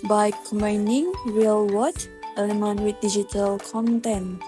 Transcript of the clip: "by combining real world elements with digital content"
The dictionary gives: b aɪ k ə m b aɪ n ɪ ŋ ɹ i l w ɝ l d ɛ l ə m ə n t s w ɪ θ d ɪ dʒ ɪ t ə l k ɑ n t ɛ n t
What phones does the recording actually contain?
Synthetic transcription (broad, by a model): b aɪ k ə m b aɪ n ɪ ŋ ɹ i l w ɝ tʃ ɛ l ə m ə n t w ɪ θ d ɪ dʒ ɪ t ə l k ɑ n t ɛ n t